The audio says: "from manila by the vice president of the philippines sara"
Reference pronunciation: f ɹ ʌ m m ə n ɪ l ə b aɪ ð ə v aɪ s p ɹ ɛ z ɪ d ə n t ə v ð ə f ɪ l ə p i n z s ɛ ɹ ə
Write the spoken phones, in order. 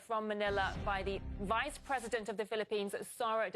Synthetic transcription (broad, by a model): f ɹ ʌ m m ə n ɪ l ə b aɪ ð ə v aɪ s p ɹ ɛ z ɪ d ə n t ə v ð ə f ɪ l ə p i n z s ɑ ɹ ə